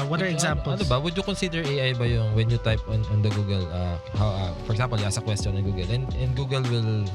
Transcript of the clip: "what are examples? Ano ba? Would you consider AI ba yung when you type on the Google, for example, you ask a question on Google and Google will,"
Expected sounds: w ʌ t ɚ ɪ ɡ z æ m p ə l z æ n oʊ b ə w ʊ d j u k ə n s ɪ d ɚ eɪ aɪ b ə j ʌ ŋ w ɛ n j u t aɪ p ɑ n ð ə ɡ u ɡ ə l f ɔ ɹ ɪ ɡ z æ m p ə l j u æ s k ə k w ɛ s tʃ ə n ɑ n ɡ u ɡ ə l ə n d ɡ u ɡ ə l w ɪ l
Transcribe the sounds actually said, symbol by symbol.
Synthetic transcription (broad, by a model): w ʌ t ɚ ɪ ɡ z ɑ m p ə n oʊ b ə w ʊ d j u k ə n s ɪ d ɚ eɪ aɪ b ə j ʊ ŋ w ɛ n j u t aɪ p ɑ n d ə ɡ u ɡ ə l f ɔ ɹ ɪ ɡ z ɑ m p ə l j s ə k w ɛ s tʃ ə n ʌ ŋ ɡ u ɡ ə l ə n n ɡ u ɡ ə l w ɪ l